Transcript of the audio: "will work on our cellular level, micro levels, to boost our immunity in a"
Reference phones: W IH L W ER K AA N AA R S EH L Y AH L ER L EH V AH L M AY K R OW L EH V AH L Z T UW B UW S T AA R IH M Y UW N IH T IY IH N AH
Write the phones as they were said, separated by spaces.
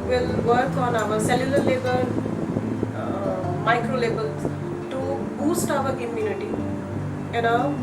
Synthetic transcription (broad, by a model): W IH L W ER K AA N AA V S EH L Y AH L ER L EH B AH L M AY K R OW L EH B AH L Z T UW B UW S T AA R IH M Y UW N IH T IY IH N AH